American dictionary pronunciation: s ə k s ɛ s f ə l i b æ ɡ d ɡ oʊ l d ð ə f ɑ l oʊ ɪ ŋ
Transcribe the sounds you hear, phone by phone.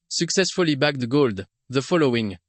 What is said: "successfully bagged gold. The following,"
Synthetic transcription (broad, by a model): s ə k s ɛ s f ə l i b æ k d ɡ oʊ l d ð ə f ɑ l oʊ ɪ ŋ